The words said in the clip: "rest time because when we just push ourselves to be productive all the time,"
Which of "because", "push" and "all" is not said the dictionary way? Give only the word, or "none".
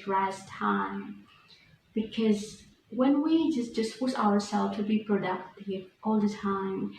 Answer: push